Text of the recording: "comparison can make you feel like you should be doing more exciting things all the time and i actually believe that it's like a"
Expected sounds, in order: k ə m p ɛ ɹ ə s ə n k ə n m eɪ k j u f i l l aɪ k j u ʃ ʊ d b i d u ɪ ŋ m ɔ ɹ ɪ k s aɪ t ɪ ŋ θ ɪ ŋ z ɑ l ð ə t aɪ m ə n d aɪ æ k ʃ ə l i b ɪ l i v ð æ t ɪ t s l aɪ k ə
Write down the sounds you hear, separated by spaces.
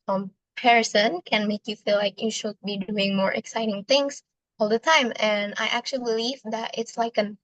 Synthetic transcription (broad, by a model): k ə m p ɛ ɹ s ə n k ə n m eɪ k j u f i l l aɪ k j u ʃ ʊ d b i d u ɪ ŋ m ɔ ɹ ɪ k s aɪ t ɪ ŋ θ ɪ ŋ s ɑ l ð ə t aɪ m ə n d aɪ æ k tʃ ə l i b ɪ l i v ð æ t ɪ t s l aɪ k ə